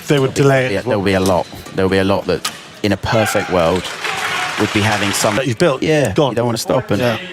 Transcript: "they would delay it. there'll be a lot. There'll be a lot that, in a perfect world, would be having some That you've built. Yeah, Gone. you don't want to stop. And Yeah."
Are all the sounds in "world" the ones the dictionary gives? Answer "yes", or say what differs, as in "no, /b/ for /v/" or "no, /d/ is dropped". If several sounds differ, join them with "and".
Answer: yes